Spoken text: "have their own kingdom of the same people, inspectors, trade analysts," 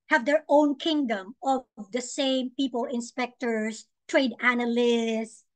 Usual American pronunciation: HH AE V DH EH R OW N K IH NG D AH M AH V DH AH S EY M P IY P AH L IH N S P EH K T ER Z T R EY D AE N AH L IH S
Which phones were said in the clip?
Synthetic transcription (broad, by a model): HH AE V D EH R OW N K IH NG D AH M AH V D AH S EY M P IY P AH L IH N S P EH K T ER S T R EY D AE N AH L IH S